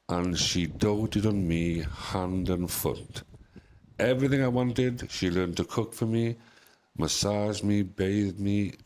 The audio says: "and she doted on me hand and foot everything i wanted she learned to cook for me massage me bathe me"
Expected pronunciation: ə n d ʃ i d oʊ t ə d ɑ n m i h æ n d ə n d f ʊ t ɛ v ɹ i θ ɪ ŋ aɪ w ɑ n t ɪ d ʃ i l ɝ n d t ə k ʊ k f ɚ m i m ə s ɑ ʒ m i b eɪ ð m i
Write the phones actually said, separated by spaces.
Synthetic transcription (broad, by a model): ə n ʃ i d oʊ t ə d n m i h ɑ n d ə n f ʊ t ɛ v ɹ i θ ɪ ŋ aɪ w ɑ n t ɪ d ʃ i l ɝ n t ə k ʊ k f ɚ m i m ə s ɑ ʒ m i b eɪ ð m i